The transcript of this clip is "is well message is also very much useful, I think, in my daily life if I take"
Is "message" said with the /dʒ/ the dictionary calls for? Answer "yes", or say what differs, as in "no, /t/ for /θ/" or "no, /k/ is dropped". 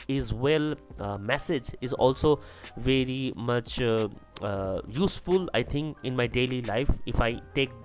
yes